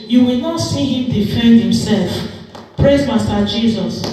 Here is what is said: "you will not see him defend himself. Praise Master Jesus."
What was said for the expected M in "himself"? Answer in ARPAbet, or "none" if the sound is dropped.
M